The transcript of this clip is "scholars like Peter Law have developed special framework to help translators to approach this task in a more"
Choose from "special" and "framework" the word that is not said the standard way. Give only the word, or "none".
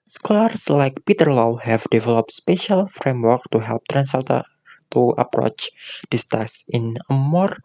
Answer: none